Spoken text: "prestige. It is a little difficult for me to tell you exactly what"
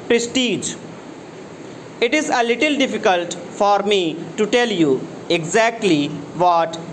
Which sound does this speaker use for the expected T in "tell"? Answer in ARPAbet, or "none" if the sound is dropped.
T